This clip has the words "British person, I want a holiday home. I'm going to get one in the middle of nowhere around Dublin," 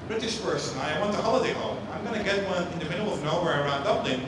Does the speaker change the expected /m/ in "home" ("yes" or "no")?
yes